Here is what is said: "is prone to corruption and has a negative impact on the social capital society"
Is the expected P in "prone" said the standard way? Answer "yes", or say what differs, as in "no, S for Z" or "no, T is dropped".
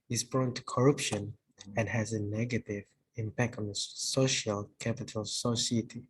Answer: no, B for P